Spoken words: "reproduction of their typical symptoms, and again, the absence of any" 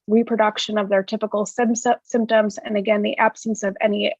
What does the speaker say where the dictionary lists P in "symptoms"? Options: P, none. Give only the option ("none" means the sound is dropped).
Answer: P